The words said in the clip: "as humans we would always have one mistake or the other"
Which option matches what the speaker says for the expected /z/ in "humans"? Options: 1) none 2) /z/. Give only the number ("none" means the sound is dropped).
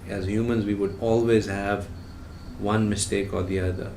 2